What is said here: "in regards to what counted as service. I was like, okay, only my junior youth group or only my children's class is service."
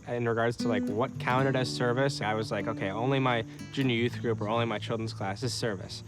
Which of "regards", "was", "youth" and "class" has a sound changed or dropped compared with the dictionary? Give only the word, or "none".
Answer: none